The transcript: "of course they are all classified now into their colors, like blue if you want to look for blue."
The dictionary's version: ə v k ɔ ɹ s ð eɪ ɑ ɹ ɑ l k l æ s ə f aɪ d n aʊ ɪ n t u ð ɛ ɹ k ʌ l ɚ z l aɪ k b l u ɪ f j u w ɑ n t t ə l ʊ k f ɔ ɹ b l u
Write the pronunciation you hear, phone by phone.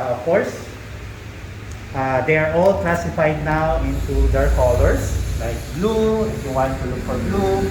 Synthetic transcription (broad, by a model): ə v k ɔ ɹ s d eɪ ɑ ɹ ɑ l k l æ s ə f aɪ d n aʊ ɪ n t u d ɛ ɹ k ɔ l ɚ s l aɪ k b l u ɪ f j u w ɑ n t t ə l ʊ k f ɔ ɹ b l u